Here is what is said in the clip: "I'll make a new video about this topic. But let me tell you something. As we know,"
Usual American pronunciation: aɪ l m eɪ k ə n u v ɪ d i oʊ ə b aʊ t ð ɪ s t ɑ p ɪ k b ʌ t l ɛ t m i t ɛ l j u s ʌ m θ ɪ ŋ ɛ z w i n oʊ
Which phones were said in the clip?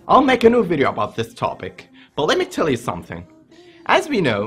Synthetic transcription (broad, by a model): aɪ l m eɪ k ə n u v ɪ d i oʊ ə b aʊ t ð ɪ s t ɑ p ɪ k b ʌ t l ɛ t m i t ɛ l j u s ʌ m θ ɪ ŋ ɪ z w i n oʊ